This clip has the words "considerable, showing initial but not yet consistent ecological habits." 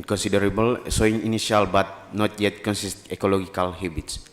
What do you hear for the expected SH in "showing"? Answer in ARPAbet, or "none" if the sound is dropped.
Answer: S